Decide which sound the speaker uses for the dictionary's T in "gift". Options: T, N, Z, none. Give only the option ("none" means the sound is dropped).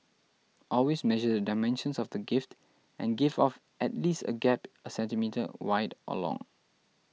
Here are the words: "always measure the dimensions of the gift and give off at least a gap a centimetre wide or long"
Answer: T